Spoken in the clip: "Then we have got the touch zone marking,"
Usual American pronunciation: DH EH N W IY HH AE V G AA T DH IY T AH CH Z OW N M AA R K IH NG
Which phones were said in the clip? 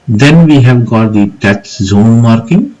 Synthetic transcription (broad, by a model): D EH N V IY HH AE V G AA T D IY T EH S Z OW N M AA R K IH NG